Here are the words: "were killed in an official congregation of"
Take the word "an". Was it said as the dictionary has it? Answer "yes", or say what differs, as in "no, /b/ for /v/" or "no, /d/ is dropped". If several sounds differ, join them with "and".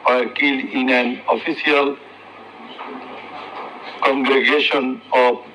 yes